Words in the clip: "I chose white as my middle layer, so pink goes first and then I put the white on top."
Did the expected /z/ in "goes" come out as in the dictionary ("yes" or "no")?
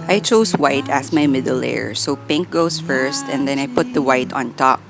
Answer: no